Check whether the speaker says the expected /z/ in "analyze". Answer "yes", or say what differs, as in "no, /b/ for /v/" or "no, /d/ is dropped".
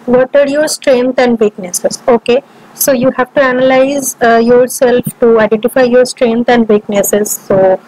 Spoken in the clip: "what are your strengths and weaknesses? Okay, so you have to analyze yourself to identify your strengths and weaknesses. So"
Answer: yes